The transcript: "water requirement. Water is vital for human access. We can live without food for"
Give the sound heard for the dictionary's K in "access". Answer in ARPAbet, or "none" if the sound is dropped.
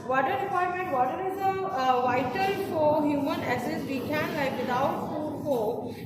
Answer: none